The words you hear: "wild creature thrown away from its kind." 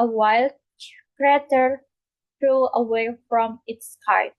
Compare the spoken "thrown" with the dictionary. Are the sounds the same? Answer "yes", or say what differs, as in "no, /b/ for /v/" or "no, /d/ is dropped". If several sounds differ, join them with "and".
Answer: no, /n/ is dropped